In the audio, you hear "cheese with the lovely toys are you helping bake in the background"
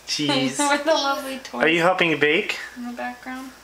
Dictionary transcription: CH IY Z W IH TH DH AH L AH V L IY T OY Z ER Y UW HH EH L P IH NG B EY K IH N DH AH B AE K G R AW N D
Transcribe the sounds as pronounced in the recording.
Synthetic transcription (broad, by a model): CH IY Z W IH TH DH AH L AH V L IY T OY ER Y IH HH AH P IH NG B EY K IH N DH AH B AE K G R AW N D